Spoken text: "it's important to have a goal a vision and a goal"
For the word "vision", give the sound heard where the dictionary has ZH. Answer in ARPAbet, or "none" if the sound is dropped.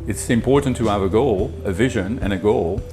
ZH